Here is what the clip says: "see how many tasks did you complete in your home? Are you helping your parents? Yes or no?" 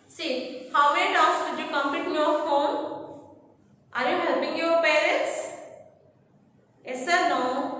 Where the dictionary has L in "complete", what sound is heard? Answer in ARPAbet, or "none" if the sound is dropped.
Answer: none